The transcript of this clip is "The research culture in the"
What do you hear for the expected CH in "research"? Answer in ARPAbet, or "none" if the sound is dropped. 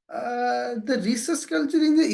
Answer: S